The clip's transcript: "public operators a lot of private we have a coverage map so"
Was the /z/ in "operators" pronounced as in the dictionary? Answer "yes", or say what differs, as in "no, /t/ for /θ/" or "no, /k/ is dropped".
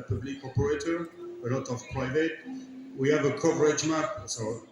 no, /z/ is dropped